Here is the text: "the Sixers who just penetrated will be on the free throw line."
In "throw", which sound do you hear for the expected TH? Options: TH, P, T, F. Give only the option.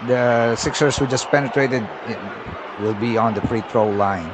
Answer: T